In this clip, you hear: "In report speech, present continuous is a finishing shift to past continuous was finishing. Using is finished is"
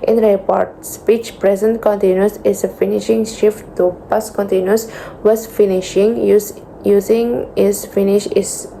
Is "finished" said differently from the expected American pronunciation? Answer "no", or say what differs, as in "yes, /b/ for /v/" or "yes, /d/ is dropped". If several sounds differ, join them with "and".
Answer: yes, /t/ is dropped